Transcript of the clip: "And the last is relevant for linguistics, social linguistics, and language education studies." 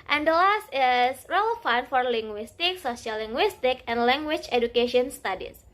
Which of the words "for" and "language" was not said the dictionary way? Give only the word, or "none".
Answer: language